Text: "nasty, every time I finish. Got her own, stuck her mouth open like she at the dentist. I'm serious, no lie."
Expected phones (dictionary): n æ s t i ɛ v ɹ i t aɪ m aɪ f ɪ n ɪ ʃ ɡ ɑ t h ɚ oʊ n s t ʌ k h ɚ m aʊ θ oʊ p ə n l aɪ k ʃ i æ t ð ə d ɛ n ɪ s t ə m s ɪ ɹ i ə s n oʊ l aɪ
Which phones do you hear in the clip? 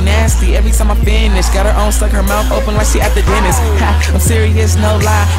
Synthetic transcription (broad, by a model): n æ s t i ɛ v ɹ i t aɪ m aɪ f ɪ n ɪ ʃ ɡ ɑ t h ɚ oʊ n s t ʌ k h ɚ m aʊ θ oʊ p ə n w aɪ ʃ i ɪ t ð ə d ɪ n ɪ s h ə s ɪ ɹ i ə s n oʊ l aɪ